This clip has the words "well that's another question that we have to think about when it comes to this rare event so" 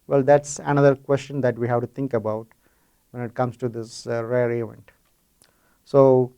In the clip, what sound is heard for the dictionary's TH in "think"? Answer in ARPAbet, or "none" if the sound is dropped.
T